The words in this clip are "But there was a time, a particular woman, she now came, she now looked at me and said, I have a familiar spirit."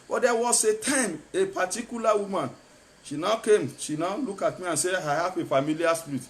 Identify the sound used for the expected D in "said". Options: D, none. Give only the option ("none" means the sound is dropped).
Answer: none